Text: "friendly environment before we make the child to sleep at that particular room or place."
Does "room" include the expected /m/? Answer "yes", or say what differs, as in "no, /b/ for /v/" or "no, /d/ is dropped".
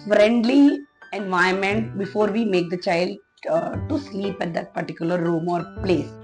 yes